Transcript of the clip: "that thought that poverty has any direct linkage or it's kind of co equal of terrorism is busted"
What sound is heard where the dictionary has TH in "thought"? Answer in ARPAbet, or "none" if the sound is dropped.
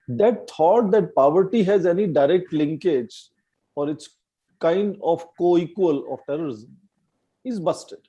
T